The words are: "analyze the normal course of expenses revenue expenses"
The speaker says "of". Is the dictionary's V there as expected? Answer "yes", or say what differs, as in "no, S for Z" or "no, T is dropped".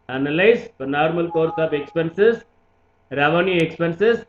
no, P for V